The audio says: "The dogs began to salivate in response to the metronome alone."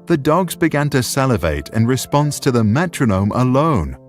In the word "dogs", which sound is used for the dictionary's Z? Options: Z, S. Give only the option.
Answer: Z